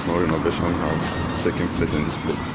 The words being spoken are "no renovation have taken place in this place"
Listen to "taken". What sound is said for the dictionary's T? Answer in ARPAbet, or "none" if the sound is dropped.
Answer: S